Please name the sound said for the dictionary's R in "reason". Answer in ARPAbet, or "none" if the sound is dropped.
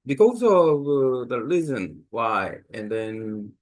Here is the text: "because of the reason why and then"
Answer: L